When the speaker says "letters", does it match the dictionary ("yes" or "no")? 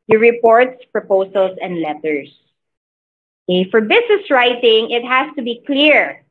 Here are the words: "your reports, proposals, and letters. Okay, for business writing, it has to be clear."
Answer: no